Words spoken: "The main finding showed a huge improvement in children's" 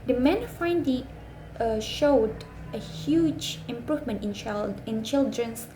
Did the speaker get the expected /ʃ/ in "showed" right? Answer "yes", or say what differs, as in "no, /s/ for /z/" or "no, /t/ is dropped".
yes